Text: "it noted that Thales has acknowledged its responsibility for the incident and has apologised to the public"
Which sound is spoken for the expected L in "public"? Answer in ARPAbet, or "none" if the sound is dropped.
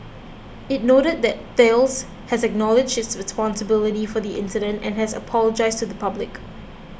L